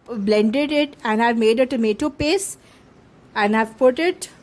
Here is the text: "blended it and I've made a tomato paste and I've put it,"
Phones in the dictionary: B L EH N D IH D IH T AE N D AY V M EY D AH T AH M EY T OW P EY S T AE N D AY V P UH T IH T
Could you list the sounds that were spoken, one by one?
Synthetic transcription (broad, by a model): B L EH N D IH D IH T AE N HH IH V M EY D AH T AH M EY T OW P EY S AE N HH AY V P UH T IH T